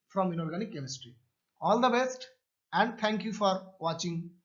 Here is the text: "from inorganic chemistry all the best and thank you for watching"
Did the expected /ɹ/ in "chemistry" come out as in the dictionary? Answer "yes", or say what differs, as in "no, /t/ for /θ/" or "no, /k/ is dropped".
yes